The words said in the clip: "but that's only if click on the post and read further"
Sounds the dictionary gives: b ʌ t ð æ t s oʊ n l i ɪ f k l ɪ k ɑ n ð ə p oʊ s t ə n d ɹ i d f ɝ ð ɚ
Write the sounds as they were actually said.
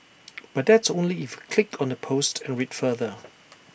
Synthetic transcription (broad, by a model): b ʌ t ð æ t s oʊ n l i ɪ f k l ɪ k ɑ n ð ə p oʊ s t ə n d ɹ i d f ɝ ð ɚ